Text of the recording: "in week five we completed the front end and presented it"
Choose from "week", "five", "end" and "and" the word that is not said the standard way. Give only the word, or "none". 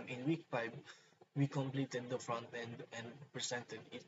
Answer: five